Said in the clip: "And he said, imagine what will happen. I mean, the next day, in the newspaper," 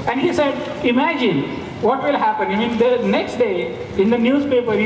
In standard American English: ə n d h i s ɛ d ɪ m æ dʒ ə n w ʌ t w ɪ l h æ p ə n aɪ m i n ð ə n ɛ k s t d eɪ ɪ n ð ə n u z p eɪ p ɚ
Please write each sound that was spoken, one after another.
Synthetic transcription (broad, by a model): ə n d h i s ɛ d ɪ m æ dʒ ə n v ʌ t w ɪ l h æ p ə n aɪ m i n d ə n ɛ k s t d eɪ ɪ n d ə n u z p eɪ p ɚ